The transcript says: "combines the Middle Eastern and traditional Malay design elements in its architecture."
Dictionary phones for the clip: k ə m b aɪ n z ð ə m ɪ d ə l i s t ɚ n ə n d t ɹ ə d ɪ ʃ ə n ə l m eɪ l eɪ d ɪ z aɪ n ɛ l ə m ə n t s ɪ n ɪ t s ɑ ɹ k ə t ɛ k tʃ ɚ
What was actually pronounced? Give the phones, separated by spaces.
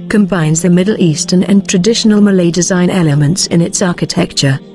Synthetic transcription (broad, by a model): k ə m b aɪ n z ð ə m ɪ d l i s t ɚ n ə n t ɹ ə d ɪ ʃ ə n ə l m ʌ l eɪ d ɪ z aɪ n ɛ l ə m ə n t s ɪ n ɪ t s ɑ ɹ k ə t ɛ k tʃ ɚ